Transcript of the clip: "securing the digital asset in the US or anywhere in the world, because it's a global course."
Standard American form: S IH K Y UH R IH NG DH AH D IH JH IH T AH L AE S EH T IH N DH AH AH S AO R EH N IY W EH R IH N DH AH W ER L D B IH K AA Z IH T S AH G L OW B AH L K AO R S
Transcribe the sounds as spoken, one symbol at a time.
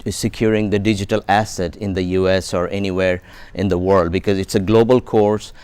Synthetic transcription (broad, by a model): S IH K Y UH R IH NG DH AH D IH JH IH T AH L AE S EH T IH N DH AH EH S AO R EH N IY W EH R IH N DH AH W ER L D B IH K AA Z IH T S AH G L OW B AH L K AO R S